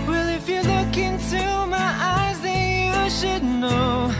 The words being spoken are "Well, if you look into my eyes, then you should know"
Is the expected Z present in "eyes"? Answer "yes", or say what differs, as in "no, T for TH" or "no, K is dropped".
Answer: yes